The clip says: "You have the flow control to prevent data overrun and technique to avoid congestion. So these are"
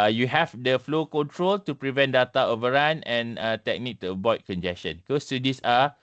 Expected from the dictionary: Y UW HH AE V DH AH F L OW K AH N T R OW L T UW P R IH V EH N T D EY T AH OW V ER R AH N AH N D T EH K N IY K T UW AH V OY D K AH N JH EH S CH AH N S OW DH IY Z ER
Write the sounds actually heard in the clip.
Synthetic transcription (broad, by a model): Y UW HH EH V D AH F L OW K AH N T R OW L T UW P R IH V EH N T D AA T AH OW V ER R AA N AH N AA T EH K N IY K T UW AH B OY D K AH N JH EH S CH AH N S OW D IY S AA